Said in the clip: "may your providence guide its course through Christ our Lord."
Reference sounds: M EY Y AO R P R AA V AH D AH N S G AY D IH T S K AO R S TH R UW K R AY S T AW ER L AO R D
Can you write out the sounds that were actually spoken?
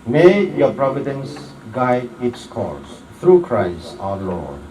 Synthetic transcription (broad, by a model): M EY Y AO P R AA V AH D AH N S G AY D IH T S K AO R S T R UW K R AY S T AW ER L AO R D